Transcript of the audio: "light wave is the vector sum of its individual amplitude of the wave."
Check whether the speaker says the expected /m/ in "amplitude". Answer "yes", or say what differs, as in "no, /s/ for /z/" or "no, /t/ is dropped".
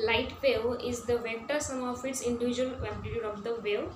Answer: no, /m/ is dropped